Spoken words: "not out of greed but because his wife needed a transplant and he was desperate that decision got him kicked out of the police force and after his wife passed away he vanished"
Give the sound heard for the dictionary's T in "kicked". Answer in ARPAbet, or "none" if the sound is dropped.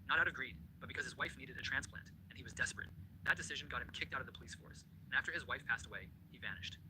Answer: T